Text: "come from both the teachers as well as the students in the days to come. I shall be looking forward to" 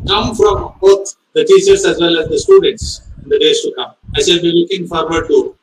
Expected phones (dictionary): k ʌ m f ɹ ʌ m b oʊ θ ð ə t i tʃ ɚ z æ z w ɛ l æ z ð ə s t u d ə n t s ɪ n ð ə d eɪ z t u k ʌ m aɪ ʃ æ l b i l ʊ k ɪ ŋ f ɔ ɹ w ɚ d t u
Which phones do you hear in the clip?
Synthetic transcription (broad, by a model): k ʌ m f ɹ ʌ m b oʊ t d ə t i tʃ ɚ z æ z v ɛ l æ z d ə s t u d ə n t s ɪ n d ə d eɪ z t u k ʌ m aɪ s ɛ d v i l ʊ k ɪ ŋ f ɔ ɹ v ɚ d t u